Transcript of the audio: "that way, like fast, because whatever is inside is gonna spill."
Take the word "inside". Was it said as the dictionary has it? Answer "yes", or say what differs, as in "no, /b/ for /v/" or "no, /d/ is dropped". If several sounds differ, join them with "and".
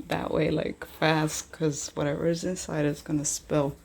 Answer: yes